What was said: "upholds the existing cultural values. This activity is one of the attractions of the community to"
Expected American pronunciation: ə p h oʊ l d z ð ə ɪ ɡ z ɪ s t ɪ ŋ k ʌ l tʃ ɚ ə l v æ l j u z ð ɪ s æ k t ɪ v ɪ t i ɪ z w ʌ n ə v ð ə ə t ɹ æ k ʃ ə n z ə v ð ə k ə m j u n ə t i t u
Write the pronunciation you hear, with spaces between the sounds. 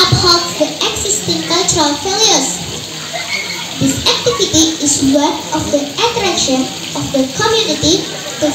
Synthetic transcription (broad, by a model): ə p h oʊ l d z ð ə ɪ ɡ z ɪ s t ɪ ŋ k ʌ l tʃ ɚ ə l f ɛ l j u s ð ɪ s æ k t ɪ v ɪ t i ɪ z w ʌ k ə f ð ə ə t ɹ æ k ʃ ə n ə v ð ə k ə m j u n ə t i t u